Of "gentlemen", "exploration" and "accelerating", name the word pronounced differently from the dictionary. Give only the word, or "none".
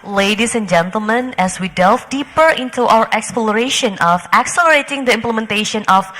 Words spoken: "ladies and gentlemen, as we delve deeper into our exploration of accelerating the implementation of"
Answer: none